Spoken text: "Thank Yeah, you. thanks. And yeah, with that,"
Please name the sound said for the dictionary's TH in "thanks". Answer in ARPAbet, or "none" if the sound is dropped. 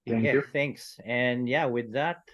TH